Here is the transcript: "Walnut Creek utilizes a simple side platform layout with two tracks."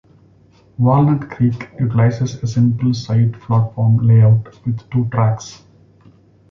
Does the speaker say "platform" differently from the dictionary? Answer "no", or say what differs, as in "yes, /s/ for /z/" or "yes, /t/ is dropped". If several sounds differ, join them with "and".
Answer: yes, /f/ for /p/